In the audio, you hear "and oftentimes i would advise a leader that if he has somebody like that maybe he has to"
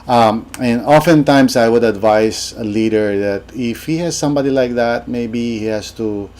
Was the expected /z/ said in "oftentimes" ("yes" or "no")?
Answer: no